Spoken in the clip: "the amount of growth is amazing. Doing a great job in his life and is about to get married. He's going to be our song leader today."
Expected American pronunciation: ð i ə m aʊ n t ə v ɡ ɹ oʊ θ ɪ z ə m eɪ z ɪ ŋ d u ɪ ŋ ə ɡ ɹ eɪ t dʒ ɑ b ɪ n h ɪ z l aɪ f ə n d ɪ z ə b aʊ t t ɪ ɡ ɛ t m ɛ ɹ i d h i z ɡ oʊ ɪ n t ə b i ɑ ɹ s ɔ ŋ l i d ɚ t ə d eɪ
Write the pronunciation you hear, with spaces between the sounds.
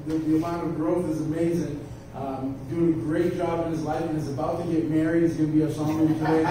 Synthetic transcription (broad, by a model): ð i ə m aʊ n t ə v ɡ ɹ oʊ θ ɪ z ə m eɪ z ɪ ŋ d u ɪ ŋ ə ɡ ɹ eɪ t dʒ ɑ b ɪ n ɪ z l aɪ f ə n ɪ z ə b aʊ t t ɪ ɡ ɛ t m ɛ ɹ i d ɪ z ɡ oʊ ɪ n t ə b i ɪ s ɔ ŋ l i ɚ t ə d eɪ